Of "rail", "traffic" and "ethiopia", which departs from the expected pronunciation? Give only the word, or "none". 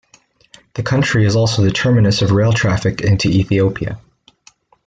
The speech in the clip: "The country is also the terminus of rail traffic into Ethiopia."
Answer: none